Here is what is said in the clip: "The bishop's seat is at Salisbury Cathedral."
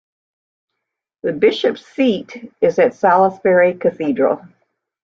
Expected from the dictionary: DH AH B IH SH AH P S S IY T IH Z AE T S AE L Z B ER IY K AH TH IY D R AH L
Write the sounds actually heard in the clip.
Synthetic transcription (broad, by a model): DH AH B IH SH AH P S S IY T IH Z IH T S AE L S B ER IY K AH TH IY D R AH L